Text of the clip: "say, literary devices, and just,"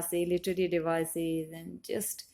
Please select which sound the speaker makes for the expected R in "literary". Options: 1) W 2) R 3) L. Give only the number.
3